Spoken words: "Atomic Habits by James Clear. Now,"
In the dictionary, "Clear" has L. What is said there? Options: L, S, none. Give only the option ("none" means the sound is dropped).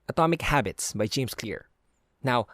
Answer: L